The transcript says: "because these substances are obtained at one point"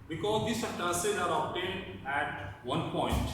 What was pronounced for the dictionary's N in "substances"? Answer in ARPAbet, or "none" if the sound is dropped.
none